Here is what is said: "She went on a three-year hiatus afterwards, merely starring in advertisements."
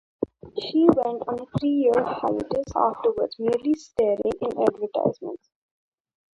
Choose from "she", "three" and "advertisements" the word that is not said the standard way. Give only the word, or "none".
three